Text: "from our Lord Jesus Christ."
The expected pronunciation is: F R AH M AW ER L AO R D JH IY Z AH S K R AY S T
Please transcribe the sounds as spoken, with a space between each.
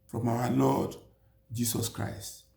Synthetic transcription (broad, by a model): F R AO M AW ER L AO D JH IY S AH S K R AY S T